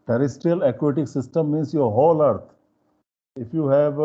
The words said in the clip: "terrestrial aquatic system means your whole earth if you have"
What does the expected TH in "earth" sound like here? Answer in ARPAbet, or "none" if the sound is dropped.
T